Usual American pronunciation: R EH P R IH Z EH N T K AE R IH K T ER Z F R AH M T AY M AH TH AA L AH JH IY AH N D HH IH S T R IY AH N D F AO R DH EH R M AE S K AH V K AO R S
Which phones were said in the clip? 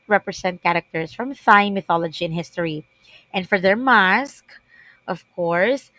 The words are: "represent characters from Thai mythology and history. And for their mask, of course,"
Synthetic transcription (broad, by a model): R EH P R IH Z EH N T K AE R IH K T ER S F R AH M S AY M AH TH AA L AH JH IY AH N HH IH S T R IY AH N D F AO R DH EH R M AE S K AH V K AO R S